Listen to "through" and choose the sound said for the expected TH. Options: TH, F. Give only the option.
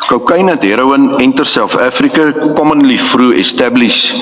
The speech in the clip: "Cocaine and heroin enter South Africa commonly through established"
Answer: F